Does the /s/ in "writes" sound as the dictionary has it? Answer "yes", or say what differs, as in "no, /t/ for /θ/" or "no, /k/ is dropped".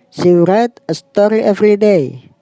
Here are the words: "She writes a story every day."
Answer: no, /s/ is dropped